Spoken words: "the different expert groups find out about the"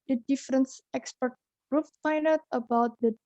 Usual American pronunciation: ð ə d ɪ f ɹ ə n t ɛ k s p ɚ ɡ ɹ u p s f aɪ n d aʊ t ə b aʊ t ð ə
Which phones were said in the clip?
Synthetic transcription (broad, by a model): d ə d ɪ f ɹ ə n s ɛ k s p ɚ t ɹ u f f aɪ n aʊ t ə b aʊ t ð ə